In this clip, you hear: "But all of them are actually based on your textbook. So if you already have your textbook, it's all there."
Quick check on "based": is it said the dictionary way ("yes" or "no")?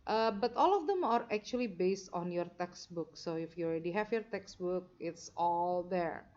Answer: yes